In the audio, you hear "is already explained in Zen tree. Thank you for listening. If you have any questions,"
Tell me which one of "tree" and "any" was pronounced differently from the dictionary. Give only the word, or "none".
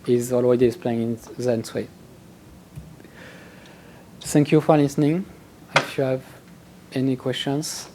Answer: tree